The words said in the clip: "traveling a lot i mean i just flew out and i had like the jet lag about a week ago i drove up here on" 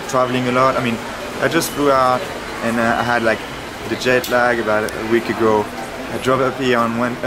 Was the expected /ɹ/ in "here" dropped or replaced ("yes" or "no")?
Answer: yes